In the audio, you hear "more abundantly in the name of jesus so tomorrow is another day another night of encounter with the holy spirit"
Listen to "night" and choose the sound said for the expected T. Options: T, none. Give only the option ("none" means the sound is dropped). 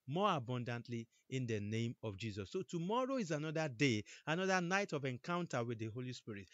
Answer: T